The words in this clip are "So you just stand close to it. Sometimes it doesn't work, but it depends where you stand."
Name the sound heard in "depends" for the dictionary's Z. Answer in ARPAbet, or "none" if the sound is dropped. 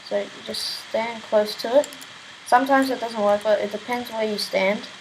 Z